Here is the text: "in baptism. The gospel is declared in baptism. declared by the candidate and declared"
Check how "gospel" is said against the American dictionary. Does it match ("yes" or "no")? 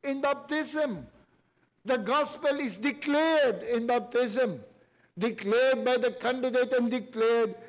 yes